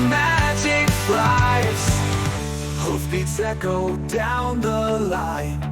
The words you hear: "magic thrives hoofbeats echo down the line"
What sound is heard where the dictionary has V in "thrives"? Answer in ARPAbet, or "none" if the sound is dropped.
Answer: none